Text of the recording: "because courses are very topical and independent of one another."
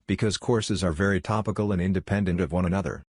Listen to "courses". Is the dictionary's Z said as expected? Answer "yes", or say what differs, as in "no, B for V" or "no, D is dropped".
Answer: yes